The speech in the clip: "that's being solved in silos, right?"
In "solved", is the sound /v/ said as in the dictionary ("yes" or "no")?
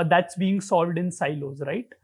yes